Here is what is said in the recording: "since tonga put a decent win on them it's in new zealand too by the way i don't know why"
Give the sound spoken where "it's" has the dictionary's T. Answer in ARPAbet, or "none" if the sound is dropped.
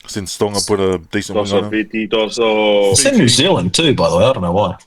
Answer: S